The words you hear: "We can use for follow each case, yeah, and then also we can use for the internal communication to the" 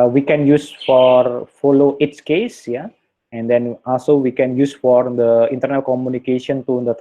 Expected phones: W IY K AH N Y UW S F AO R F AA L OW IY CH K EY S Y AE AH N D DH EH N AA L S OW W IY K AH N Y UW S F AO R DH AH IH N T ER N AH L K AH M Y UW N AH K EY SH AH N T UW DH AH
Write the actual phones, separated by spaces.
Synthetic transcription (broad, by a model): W IY K AH N Y UW S F AO R F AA L OW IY S K EY S Y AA AH N D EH N AA L S OW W IY K AH N Y UW S F AO R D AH IH N T ER N AH L K AH M Y UW N AH K EY SH AH N T UW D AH